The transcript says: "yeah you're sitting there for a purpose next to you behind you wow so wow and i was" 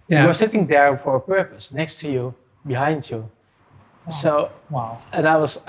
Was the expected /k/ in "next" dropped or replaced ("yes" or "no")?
no